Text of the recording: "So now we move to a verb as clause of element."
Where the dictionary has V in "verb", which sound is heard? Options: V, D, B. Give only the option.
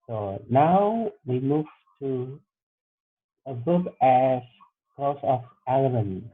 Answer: B